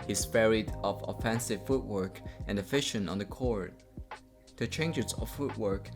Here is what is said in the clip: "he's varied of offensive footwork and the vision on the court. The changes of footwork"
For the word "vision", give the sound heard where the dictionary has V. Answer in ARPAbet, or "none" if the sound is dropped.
F